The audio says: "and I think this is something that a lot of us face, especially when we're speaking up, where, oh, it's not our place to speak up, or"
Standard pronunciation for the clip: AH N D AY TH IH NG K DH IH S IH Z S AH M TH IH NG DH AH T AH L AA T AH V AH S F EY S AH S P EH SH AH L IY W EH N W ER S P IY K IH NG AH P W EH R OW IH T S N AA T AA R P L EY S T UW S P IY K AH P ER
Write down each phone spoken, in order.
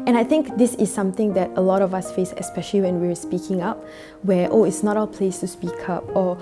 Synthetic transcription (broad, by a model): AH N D AY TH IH NG K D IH S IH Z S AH M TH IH NG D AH T AH L AA T AH V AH S F EY S AH S P EH SH AH L IY W EH N W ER S P IY K IH NG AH P W EH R OW IH T S N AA T AA L P L EY S T UW S P IY K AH P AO